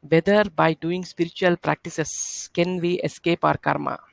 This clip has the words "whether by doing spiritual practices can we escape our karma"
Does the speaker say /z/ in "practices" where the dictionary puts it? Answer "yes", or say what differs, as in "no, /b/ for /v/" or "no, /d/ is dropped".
no, /s/ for /z/